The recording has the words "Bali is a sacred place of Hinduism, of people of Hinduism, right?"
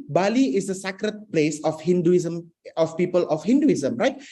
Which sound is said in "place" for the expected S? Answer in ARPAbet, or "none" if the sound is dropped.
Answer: S